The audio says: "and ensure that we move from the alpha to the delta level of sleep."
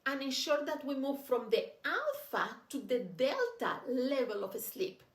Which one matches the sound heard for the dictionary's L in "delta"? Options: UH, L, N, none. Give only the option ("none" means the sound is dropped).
L